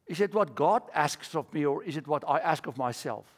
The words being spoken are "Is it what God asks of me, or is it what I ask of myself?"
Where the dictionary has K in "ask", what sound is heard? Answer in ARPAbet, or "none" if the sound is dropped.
K